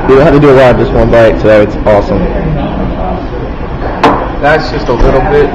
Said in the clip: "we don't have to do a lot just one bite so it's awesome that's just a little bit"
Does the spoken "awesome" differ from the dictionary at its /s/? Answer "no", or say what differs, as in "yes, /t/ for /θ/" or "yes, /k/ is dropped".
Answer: no